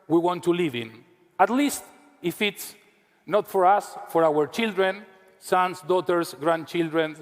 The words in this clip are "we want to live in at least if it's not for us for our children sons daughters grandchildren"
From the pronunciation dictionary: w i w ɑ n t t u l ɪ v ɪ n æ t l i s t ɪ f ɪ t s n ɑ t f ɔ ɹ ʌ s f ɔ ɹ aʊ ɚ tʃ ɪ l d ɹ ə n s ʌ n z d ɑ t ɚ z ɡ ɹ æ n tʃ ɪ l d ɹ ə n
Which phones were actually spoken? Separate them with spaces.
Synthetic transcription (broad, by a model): w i w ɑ n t t u l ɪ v ɪ n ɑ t l i s t ɪ f ɪ t s n ɑ t f ɔ ɹ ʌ s f ɔ ɹ aʊ ɚ tʃ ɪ l d ɹ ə n s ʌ n s d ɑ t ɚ s ɡ ɹ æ n tʃ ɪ l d ɹ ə n